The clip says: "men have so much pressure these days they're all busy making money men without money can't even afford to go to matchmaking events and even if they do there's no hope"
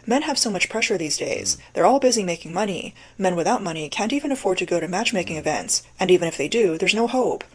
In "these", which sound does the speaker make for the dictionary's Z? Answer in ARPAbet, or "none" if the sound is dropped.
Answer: Z